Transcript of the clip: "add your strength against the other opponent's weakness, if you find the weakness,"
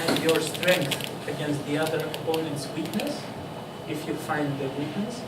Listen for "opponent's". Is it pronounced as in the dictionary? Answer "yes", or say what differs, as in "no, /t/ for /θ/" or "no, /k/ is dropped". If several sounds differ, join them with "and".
yes